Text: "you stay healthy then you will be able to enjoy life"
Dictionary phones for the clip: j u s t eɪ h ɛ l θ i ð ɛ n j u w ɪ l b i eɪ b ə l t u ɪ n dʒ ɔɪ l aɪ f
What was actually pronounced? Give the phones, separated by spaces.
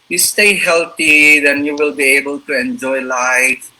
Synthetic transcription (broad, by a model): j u s t eɪ h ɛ l t i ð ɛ n j u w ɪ l b i eɪ b ə l t u ɪ n dʒ ɔɪ l aɪ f